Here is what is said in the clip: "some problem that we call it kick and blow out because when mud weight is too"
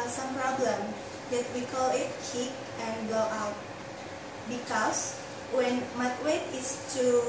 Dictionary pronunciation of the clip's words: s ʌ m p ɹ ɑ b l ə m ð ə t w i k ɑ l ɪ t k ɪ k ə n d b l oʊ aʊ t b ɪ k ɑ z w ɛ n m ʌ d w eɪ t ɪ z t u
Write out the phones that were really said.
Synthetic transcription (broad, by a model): s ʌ m p ɹ ɑ b l ə m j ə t w i k ɑ l ɪ t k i k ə n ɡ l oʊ aʊ t b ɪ k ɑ s w ɛ n m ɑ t w eɪ t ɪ s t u